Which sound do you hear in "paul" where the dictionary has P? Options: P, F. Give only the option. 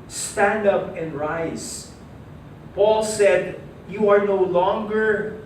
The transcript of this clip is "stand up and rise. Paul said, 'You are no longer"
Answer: P